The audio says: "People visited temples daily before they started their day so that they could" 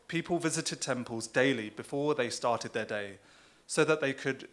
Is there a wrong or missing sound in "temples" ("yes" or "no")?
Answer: no